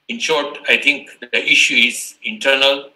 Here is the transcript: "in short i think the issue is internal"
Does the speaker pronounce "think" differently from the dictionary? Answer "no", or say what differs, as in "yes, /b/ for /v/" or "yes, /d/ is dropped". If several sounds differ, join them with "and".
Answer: yes, /t/ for /θ/